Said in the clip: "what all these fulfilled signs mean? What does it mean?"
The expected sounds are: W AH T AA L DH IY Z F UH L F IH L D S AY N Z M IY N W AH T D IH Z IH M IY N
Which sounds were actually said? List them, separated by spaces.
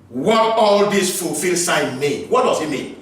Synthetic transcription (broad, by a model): W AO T AA L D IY S F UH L F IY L S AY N M IY N W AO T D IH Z IH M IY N